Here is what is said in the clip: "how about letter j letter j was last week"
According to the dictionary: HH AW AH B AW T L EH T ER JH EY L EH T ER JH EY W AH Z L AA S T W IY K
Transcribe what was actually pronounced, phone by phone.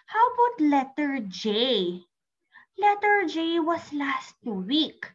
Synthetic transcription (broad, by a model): HH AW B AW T L EH T ER JH EY L EH T ER JH EY W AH S L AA S T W IY K